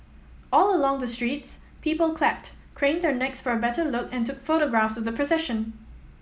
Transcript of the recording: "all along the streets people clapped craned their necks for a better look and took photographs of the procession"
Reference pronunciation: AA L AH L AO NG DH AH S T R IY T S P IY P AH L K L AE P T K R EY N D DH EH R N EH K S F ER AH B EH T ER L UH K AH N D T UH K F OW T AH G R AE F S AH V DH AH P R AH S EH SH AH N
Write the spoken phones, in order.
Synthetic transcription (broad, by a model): AA L AH L AO NG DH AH S T R IY T S P IY P AH L K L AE P T K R EY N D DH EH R N EH K S F ER AH B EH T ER L UH K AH N T UH K F OW T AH G R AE F S AH V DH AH P R AH S EH SH AH N